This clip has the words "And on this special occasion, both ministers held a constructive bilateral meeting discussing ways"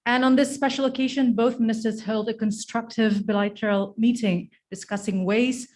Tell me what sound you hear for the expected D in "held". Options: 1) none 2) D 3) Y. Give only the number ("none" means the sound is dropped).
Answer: 2